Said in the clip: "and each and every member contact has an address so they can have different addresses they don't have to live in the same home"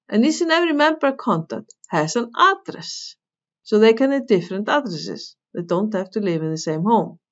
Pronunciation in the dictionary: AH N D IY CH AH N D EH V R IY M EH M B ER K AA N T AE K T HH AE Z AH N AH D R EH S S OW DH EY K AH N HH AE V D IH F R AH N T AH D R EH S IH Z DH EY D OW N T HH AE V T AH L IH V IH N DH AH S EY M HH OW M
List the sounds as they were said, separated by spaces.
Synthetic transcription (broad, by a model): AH N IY S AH N EH V R IY M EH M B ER K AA N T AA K T HH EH S AH N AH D R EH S S OW DH EY K AH N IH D IH F R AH N T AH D R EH S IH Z DH EY D OW N T HH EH F T AH L IH V IH N DH AH S EY M HH OW M